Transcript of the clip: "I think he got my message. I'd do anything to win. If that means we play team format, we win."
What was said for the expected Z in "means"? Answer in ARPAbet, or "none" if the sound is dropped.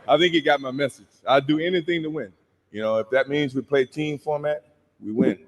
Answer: Z